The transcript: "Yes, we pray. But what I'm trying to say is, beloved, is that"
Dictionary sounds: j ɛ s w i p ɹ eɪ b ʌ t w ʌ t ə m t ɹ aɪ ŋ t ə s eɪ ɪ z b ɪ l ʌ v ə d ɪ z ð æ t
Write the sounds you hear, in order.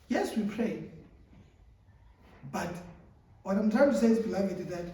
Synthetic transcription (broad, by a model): j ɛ s w i p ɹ eɪ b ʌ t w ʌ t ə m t aɪ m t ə s eɪ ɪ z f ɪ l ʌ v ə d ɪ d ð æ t